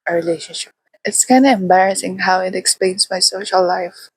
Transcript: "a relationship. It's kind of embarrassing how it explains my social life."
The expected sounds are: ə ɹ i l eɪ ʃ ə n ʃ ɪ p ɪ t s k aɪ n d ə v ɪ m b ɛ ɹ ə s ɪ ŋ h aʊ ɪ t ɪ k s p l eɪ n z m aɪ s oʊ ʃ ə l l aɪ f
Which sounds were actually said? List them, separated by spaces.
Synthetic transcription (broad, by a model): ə ɹ i l eɪ ʃ ə n ʃ ɪ p ɪ t s k aɪ n d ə ɪ m b ɛ ɹ ə s ɪ ŋ h aʊ ɪ t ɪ k s p l eɪ n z m aɪ s oʊ ʃ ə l l aɪ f